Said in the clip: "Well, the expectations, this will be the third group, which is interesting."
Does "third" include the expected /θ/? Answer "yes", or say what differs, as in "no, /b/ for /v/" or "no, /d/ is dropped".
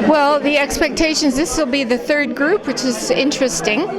yes